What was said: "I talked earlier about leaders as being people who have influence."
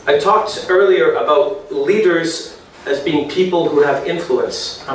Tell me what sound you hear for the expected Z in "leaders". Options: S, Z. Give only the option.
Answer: Z